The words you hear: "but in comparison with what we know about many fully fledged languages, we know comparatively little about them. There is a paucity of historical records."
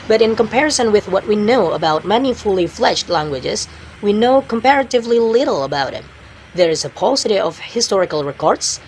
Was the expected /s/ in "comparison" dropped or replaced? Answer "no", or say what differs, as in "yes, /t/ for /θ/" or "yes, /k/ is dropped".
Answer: no